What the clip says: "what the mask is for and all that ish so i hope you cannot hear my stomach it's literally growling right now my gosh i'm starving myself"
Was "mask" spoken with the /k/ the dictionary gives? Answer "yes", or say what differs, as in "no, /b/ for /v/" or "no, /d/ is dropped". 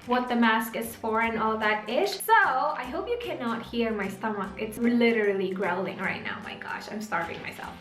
yes